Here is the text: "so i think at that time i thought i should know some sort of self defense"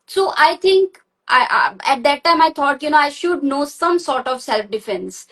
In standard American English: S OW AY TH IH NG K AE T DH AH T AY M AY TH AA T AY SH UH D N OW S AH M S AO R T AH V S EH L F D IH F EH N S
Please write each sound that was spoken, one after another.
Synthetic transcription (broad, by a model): S OW AY T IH NG K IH T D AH T AY M AY T AA T AY SH UH D N OW S AH M S AO R T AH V S EH L F D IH F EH N S